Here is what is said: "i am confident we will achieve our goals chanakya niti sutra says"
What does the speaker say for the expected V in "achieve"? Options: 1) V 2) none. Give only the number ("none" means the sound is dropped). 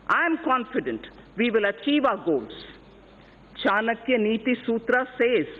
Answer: 1